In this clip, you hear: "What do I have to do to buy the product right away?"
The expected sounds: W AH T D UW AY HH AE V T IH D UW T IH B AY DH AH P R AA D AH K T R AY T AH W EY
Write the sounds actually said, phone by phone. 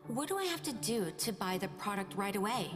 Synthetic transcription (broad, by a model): W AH T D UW AY HH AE F T IH D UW T IH B AY DH AH P R AA D AH K T R AY T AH W EY